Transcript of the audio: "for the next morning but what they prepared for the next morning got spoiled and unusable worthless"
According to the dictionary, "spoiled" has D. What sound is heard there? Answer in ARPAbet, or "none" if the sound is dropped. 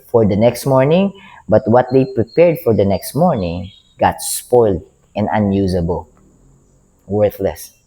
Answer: D